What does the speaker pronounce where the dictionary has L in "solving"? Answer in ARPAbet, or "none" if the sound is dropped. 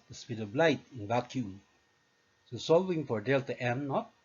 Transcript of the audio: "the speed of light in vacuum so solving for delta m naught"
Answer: L